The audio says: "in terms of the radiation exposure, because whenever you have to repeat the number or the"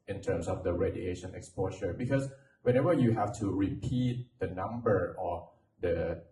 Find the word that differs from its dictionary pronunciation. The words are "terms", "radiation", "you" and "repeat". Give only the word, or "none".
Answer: terms